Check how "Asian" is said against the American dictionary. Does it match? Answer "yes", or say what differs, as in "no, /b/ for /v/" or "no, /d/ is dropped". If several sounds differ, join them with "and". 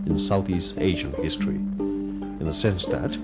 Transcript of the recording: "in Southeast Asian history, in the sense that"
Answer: yes